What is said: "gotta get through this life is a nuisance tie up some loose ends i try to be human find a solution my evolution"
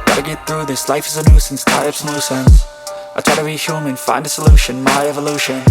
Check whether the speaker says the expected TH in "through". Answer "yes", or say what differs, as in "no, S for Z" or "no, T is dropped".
yes